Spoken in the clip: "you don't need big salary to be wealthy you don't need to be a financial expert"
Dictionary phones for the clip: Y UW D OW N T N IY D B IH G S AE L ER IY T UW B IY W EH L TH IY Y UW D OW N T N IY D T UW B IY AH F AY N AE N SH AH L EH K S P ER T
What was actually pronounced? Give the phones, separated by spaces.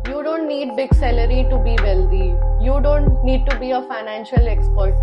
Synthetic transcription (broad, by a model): Y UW D OW N T N IY D B IH G S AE L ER IY T UW B IY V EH L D IY Y UW D OW N T N IY D T UW B IY AH F AY N AE N SH AH L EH K S P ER T